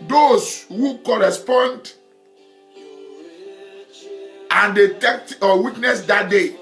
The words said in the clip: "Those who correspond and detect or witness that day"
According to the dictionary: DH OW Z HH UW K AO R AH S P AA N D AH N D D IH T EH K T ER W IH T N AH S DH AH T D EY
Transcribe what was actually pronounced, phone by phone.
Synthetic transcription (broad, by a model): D OW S HH UW K AO R AH S P AA N D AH N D D IH T EH K T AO W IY T N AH S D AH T D EY